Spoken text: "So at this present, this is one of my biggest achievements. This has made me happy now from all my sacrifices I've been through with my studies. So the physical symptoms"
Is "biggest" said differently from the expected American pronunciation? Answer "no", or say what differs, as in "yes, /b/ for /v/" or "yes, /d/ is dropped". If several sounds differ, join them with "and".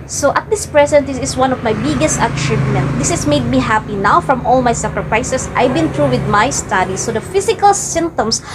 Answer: no